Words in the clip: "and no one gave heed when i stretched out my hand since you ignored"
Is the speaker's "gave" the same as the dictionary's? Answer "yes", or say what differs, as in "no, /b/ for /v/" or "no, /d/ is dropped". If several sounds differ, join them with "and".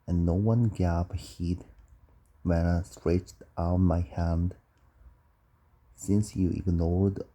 no, /p/ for /v/